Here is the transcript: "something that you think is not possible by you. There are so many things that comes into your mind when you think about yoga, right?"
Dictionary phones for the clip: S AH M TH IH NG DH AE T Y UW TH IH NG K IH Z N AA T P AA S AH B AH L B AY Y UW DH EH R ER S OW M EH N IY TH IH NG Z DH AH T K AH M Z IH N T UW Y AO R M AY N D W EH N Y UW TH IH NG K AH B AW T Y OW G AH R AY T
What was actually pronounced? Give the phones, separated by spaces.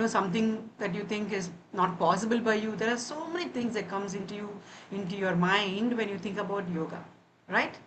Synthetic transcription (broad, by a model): S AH M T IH NG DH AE T Y UW T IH NG K IH Z N AA T P AA S AH B AH L B AY Y UW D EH R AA S OW M EH N IY T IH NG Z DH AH T K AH M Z IH N T UW Y AO R M AY N D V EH N Y UW T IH NG K AH B AW T Y OW G AH R AY T